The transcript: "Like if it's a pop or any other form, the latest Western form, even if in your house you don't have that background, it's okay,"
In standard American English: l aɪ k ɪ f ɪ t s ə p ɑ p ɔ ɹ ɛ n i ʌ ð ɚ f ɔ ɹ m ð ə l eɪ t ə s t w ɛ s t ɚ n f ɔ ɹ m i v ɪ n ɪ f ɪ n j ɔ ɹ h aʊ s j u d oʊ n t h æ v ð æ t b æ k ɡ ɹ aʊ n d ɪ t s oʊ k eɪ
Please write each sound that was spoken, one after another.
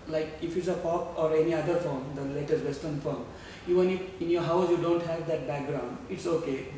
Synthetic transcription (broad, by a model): l aɪ k ɪ f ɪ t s ə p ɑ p ɔ ɹ ɛ n i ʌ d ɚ f ɔ ɹ m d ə l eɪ t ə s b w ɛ s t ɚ n f ɔ ɹ m i v ɪ n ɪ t ɪ n j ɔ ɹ h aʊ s j u d oʊ n t h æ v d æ t b æ k ɡ ɹ aʊ n d ɪ t s oʊ k eɪ